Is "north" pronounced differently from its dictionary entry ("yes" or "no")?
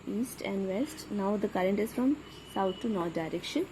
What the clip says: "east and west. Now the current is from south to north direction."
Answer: yes